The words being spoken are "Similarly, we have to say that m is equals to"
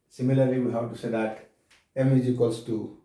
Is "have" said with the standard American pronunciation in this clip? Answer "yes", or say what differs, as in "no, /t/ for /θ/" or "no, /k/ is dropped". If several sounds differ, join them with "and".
no, /w/ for /v/